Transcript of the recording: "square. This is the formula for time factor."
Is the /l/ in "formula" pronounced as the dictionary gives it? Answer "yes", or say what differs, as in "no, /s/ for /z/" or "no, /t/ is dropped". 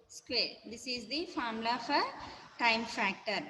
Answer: no, /l/ is dropped